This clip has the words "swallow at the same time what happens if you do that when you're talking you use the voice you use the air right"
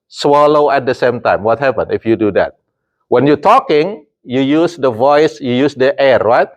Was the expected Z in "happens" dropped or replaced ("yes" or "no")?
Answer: yes